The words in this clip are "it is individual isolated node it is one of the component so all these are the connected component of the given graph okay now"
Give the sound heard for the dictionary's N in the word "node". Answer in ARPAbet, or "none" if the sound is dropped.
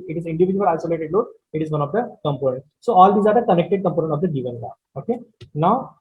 L